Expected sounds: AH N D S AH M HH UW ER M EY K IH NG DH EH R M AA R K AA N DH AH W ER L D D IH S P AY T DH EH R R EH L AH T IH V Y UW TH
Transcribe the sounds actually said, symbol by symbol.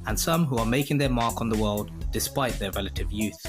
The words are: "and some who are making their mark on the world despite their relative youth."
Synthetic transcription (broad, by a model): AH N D S AH M HH UW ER M EY K IH NG DH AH R M AA R K N DH AH W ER L D D IH S P AY T DH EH R R EH L AH T IH V Y UW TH